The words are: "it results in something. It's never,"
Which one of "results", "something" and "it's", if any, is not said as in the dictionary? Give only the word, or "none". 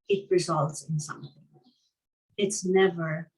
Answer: none